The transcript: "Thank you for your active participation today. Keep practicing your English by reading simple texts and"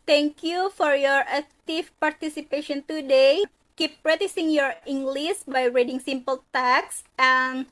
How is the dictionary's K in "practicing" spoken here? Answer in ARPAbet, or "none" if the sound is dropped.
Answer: none